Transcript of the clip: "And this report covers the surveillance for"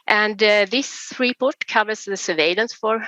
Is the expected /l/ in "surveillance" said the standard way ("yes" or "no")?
yes